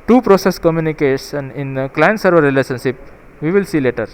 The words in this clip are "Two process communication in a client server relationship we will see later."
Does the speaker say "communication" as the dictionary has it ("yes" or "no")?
no